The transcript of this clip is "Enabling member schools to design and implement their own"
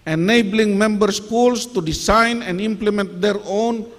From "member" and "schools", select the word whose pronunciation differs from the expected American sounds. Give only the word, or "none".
schools